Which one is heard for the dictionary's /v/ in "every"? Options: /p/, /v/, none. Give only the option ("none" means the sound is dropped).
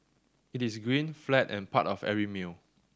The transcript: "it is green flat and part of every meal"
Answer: none